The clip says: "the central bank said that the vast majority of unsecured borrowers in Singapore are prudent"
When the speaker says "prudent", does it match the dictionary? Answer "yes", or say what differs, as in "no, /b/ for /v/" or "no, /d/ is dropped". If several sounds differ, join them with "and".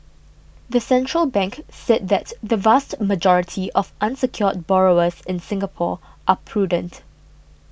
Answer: yes